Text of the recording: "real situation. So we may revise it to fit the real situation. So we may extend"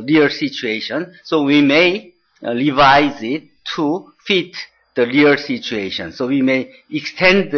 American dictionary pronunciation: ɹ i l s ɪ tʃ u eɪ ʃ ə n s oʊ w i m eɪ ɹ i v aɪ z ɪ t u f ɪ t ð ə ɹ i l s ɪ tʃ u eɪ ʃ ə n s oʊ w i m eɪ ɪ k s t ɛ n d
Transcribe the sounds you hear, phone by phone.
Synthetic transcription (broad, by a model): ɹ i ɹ s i tʃ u eɪ ʃ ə n s oʊ w i m eɪ ɹ i v aɪ z ɪ t u f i t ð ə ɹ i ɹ s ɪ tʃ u eɪ ʃ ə n s oʊ w i m eɪ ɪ k s t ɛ n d